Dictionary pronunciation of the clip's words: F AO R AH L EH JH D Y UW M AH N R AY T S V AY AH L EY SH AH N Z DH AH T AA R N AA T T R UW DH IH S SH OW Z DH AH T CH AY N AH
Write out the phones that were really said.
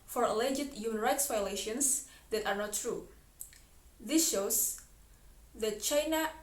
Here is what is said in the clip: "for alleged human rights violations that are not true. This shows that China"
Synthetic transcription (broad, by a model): F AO R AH L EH JH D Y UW M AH N R AY T S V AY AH L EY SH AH N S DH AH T AA R N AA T T R UW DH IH S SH OW S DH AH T CH AY N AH